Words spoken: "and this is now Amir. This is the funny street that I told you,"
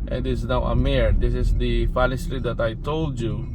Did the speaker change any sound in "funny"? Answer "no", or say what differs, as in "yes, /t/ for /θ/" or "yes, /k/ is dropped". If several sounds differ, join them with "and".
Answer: yes, /l/ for /n/